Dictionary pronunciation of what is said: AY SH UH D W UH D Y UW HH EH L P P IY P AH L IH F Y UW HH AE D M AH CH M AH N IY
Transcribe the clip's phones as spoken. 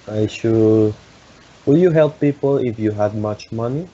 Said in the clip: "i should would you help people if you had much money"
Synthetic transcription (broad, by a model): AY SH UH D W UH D Y UW HH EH L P P IY P AH L IH F Y UW HH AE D M AH CH M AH N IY